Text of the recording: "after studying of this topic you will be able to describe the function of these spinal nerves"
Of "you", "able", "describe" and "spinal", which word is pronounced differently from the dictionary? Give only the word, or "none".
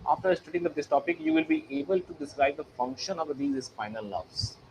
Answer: spinal